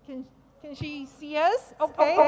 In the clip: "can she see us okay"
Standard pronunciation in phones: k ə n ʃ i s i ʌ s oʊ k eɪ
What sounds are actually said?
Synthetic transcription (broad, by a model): k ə n ʃ i s i ʌ s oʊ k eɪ